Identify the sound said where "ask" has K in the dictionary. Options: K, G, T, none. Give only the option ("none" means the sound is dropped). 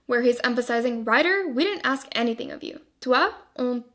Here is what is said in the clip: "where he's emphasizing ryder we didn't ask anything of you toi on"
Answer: K